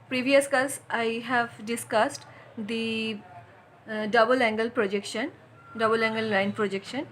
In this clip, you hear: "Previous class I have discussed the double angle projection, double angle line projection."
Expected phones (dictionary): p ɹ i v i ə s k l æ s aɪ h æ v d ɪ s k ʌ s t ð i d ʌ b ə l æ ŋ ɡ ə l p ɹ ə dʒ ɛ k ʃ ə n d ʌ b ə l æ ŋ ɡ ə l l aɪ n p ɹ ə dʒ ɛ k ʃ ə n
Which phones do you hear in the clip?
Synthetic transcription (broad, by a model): p ɹ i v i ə s k ʌ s aɪ h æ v d ɪ s k ʌ s t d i d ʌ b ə l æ ŋ ɡ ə l p ɹ ə dʒ ɛ k ʃ ə n d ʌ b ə l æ ŋ ɡ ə l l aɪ n p ɹ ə dʒ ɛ k ʃ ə n